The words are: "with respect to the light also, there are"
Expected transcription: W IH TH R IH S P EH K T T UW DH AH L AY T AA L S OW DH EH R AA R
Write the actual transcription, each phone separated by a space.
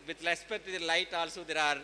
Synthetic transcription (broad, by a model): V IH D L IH S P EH T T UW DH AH L AY T AA L S OW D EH R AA R